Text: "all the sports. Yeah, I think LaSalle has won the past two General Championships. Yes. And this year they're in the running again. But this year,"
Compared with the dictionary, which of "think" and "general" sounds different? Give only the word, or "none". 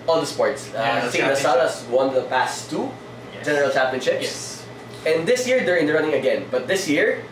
think